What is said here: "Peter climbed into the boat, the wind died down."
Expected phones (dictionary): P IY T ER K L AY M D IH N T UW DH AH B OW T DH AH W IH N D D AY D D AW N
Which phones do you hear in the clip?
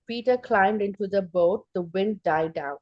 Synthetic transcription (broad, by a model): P IY T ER K L AY M D IH N T UW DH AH B OW T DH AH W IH N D D AY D D AW N